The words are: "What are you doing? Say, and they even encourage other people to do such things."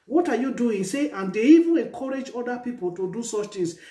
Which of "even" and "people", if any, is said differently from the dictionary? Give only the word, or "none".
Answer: none